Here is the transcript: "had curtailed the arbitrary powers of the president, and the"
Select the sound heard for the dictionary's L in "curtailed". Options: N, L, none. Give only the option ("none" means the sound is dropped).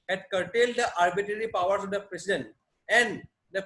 L